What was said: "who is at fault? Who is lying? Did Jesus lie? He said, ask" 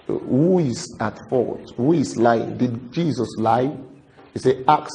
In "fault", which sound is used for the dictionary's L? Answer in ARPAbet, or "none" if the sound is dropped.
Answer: none